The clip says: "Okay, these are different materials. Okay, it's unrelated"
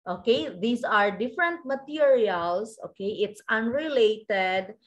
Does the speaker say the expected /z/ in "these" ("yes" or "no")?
no